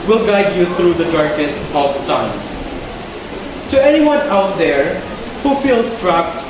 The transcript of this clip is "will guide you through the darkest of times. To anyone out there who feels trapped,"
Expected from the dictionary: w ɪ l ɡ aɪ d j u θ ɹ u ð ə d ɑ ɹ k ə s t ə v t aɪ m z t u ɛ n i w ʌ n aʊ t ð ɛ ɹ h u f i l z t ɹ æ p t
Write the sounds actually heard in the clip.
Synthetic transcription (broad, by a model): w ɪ l ɡ aɪ d j u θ ɹ u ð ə d ɑ ɹ k ə s t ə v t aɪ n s t u ɛ n i w ʌ n aʊ t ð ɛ ɹ h u f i l s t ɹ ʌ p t